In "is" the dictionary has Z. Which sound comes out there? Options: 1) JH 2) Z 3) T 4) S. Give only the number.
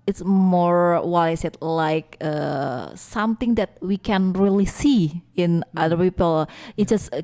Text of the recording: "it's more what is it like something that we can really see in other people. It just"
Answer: 4